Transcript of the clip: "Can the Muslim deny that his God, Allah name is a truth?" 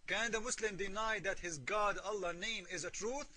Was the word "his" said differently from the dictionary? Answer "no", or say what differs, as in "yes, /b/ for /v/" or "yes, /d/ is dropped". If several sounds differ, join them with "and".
no